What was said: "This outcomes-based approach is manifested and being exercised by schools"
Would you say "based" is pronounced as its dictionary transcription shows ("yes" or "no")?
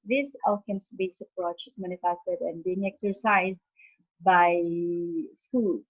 no